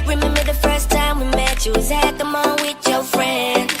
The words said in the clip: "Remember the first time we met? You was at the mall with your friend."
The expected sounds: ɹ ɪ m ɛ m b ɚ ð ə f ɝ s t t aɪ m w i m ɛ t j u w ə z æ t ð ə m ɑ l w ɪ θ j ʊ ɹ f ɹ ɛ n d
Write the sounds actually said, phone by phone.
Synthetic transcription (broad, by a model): ɹ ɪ m ɛ m b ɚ ð ə f ɝ s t t aɪ m w i m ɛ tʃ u w ə z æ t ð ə m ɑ n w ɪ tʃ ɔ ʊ f ɹ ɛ n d